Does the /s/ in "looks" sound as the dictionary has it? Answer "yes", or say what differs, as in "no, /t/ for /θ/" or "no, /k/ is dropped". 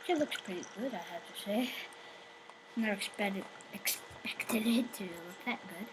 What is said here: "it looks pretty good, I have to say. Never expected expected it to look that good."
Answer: yes